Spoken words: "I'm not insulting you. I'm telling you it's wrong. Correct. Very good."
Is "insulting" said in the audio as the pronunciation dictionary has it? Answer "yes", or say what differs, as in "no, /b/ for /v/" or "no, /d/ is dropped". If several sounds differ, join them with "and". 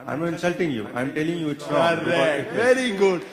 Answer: yes